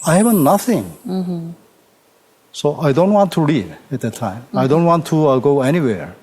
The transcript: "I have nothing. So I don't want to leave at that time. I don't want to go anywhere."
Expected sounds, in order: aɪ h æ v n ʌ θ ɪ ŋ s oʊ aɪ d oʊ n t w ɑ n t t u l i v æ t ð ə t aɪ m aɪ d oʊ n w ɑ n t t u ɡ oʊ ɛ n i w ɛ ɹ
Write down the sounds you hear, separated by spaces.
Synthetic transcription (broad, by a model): aɪ h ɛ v n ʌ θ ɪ ŋ s oʊ aɪ d oʊ n t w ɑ n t t u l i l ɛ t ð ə t aɪ m aɪ d oʊ n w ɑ n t t u ɡ oʊ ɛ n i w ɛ ɹ